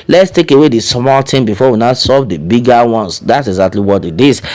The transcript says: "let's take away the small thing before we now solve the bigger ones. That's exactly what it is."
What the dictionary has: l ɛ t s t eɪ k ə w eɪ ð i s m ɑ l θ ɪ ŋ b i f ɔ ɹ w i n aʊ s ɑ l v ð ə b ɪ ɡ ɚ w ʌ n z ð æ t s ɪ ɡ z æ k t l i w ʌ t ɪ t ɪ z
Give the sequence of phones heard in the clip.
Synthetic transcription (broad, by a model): l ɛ t s t eɪ k ə w eɪ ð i s m ɑ l t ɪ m b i f ɔ w i n aʊ s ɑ v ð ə b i ɡ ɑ w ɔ n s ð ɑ t s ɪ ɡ z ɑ k t l i w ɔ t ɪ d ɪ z